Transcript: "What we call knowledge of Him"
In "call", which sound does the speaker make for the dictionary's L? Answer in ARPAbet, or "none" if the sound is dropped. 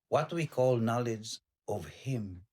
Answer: L